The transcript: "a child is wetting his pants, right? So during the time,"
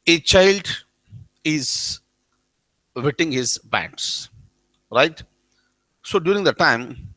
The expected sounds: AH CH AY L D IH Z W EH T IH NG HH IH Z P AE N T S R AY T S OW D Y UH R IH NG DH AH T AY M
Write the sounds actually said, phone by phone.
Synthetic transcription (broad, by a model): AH CH AY L D IH Z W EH T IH NG HH IH Z B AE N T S R AY T S OW D Y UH R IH NG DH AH T AY M